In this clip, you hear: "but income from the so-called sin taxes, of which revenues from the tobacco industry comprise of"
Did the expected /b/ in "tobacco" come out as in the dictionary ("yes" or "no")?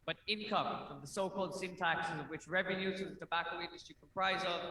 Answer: yes